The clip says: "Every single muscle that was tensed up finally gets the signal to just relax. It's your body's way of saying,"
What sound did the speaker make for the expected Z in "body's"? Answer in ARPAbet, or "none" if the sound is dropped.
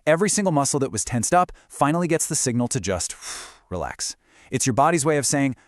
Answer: Z